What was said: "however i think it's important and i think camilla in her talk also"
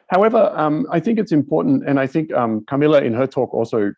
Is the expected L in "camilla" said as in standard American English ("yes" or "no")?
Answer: yes